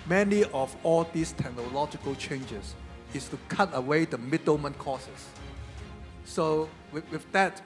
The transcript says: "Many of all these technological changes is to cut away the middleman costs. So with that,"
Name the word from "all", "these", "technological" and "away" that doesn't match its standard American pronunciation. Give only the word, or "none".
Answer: these